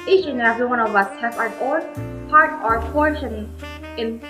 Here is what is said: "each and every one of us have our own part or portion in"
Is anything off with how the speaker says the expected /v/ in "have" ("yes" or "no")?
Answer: yes